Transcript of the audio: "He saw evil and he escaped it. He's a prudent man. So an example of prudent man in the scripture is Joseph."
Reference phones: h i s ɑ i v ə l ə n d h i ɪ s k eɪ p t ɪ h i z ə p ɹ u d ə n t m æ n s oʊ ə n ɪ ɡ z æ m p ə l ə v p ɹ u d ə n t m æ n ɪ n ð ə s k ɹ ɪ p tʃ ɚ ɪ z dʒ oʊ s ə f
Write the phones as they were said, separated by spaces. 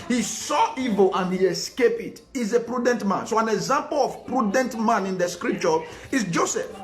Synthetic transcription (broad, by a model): h i s ɑ i v ə l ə n h i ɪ s k eɪ p ɪ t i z ə p ɹ u d ə n t m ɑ n s oʊ ə n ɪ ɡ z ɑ m p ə l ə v p ɹ u d ə n t m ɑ n ɪ n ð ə s k ɹ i p tʃ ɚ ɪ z dʒ oʊ s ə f